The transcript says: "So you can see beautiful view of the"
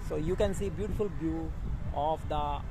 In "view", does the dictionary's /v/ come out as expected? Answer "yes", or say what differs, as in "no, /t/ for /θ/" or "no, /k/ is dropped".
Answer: no, /b/ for /v/